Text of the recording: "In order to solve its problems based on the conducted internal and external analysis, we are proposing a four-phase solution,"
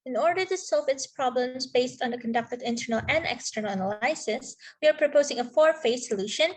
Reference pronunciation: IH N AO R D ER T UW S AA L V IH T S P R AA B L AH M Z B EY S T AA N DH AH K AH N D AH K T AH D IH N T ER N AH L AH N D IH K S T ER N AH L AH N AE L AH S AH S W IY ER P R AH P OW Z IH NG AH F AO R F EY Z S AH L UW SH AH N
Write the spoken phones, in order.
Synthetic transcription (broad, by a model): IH N AO R D ER T UW S AA L V IH T S P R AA B L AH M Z B EY S T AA N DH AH K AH N D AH K T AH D IH N T ER N AH L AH N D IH K S T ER N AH N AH L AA AH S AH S W IY ER P R AH P OW Z IH NG AH F AO R F EY S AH L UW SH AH N